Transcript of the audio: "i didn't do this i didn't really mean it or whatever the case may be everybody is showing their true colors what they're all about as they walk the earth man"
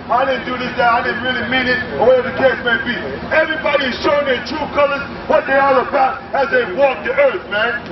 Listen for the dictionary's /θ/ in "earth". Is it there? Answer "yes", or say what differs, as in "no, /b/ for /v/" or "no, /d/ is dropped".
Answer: yes